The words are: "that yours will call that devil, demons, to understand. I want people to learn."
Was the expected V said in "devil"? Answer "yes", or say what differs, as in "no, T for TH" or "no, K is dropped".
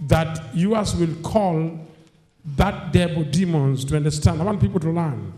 no, B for V